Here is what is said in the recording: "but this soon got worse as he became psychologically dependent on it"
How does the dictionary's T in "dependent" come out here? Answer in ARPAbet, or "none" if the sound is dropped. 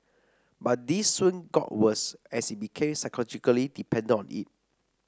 none